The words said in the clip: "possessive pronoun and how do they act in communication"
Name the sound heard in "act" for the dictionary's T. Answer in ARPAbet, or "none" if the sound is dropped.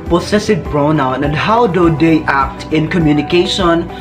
T